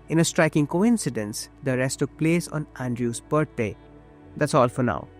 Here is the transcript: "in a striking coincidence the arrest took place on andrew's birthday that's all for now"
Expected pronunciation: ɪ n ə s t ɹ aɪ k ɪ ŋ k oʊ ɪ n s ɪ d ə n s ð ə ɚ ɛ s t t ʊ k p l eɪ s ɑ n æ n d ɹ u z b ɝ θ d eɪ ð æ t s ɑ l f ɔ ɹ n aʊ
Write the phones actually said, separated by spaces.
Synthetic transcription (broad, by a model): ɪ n ə s t ɹ aɪ k ɪ ŋ k oʊ ɪ n s ɪ d ə n s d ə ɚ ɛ s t t ʊ k p l eɪ s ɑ n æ n d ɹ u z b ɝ t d eɪ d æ t s ɑ l f ɔ ɹ n aʊ